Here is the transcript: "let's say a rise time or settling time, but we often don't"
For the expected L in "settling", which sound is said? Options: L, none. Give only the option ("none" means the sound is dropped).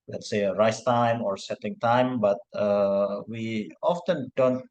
none